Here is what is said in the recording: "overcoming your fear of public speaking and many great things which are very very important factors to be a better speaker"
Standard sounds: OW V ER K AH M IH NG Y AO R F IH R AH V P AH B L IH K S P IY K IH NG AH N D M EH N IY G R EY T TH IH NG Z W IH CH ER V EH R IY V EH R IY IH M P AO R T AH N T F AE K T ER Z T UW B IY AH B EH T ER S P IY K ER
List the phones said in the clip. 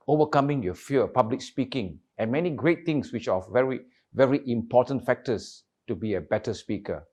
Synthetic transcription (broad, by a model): OW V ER K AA M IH NG Y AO F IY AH P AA B L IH K S P IY K IH NG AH N M EH N IY G R EY T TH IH NG S W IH CH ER V EH R IY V EH R IY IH M P AO T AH N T F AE K T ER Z T UW B IY AH B EH T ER S P IY K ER